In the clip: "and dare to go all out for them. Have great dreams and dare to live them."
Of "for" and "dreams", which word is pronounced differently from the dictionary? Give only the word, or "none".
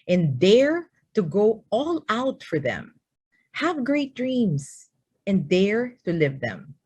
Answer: dreams